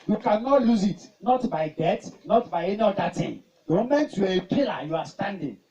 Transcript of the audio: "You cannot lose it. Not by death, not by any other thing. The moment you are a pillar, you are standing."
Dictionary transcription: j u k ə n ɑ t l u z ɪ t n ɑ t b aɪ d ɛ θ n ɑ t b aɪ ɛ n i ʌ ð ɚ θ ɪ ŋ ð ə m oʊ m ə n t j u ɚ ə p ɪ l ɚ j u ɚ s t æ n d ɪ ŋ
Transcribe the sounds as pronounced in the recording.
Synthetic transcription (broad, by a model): j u k ə n ɑ t l u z ɪ t n ɑ t b aɪ d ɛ t n ɑ t b aɪ ɛ n i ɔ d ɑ t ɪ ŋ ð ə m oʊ m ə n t j u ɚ ə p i l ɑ j u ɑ s t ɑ n d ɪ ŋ